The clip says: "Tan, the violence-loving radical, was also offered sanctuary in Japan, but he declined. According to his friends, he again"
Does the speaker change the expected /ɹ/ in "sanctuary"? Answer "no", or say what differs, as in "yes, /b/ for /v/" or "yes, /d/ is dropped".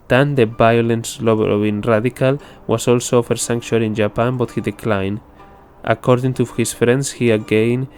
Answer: yes, /l/ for /ɹ/